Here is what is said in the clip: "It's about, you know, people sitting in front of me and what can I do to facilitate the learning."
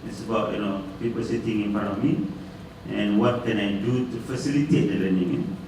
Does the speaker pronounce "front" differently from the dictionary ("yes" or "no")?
yes